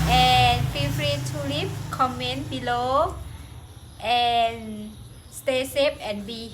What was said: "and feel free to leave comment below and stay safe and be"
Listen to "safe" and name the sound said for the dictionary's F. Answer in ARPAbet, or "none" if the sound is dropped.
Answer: P